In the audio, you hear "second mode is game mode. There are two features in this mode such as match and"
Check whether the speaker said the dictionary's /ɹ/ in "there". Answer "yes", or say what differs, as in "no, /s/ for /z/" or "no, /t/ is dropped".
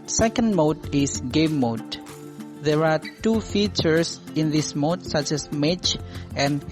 yes